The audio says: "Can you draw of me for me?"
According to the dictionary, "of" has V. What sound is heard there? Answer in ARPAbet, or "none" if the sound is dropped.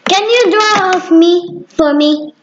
F